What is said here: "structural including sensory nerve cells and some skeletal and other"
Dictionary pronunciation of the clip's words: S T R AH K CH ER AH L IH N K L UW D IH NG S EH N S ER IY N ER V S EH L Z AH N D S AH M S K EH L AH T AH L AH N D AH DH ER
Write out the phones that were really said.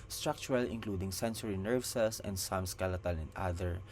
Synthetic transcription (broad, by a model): S T R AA K CH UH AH L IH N K L UW D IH NG S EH N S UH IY N ER V S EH L S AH N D S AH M S K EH L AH T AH L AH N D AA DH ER